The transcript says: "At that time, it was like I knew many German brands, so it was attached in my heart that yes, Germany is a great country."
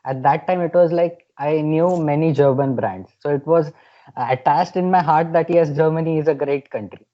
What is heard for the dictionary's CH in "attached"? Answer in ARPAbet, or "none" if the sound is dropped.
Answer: S